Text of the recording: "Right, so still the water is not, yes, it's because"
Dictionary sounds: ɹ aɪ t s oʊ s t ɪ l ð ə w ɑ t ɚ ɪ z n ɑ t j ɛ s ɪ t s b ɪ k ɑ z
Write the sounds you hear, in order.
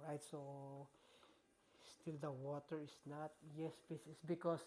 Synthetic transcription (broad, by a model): ɹ aɪ t s oʊ s t ɪ l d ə w ɑ t ɚ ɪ s n ɑ t j ɛ s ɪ s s b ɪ k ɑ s